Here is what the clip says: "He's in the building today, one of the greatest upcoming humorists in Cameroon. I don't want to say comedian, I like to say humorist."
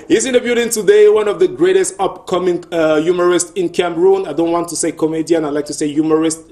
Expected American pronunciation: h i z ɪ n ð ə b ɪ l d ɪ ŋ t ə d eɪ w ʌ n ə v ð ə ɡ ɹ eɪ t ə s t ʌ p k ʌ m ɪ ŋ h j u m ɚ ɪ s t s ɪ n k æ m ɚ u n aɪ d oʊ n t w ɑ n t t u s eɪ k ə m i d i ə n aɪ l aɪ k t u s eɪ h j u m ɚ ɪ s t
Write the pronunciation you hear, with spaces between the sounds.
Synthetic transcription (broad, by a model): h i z ɪ n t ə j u d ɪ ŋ t ə d eɪ w ʌ n ə v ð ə ɡ ɹ eɪ t ə s t ʌ p k ʌ m ɪ ŋ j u m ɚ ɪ s t ɪ n k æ m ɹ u n aɪ d oʊ n t w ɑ n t t u s eɪ k ə m i d i ə n aɪ l aɪ k t u s eɪ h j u m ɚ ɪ s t